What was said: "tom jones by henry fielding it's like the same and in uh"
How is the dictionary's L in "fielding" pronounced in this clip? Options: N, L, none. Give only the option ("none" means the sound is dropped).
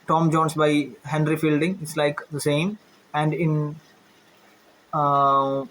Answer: L